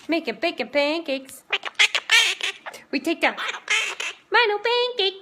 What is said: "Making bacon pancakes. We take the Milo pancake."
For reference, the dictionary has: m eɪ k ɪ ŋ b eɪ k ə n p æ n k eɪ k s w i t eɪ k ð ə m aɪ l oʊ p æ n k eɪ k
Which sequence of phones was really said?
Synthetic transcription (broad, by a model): m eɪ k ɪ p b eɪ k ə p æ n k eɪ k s w i t eɪ k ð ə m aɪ n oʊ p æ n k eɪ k